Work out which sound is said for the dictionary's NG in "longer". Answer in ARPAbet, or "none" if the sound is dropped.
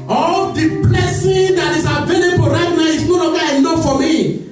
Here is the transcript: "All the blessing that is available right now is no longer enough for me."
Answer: none